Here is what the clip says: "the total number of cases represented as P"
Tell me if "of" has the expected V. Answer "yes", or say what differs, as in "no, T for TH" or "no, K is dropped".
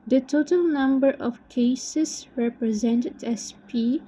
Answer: no, F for V